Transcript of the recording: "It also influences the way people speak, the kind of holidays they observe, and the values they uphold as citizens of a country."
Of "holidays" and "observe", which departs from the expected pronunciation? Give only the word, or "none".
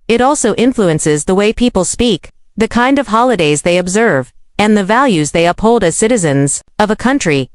none